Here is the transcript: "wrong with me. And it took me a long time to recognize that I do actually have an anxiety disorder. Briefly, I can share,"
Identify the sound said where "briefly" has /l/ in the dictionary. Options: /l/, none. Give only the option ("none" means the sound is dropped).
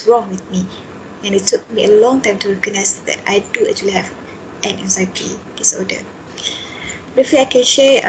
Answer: none